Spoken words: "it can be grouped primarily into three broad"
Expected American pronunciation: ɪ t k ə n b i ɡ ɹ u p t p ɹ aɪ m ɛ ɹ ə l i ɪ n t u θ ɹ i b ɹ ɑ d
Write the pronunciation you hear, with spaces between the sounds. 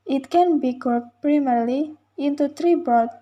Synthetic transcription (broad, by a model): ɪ t k ə n b i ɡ u t p ɹ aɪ m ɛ ɹ l i ɪ n t u t ɹ i b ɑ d